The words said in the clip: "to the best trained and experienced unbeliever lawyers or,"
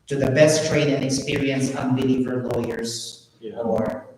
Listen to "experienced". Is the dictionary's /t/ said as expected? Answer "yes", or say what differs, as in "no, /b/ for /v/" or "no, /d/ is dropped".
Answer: no, /t/ is dropped